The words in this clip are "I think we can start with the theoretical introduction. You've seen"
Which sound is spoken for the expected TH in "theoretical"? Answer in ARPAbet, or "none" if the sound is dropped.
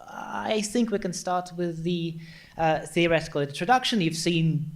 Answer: TH